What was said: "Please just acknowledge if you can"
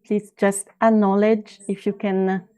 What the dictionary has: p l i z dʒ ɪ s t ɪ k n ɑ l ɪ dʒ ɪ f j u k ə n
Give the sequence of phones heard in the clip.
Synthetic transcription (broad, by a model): p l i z dʒ ɪ s t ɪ n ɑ l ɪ dʒ ɪ f j u k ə n